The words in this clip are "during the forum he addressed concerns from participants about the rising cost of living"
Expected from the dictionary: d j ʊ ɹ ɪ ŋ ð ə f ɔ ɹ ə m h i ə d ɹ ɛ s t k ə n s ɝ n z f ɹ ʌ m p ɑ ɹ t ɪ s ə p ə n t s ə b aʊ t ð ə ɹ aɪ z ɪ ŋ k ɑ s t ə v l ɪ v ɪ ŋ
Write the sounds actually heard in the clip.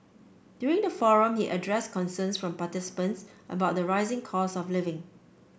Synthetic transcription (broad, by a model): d j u ɹ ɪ ŋ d ə f ɔ ɹ ə m h i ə d ɹ ɛ s k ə n s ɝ n s f ɹ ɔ m p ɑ t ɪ s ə p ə n t s ə b aʊ t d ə ɹ aɪ z ɪ ŋ k ɑ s ə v l ɪ v ɪ ŋ